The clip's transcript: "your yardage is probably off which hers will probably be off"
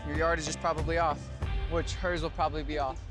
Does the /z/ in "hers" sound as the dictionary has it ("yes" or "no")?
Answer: yes